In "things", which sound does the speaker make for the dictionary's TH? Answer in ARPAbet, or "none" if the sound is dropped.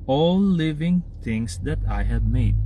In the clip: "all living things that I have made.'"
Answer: T